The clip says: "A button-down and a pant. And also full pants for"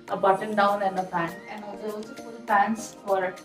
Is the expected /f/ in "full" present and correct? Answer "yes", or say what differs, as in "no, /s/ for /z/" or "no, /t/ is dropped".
no, /p/ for /f/